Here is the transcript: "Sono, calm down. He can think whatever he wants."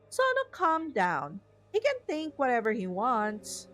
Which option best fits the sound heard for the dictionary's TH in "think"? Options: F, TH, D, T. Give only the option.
TH